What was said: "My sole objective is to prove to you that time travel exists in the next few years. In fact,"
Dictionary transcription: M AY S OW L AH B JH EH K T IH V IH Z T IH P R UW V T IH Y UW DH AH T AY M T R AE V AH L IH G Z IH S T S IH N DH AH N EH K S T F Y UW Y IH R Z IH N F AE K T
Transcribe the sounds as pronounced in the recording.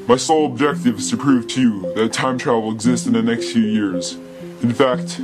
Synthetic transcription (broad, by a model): M AY S OW L AH B JH EH K T IH V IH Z T IH P R UW V T IH Y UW DH AH T AY M T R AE V L IH G Z IH S T S IH N DH AH N EH K S T F Y UW Y IH R Z IH N F AE K T